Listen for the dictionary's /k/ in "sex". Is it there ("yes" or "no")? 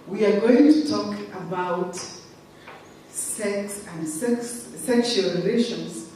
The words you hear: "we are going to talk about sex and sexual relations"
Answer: yes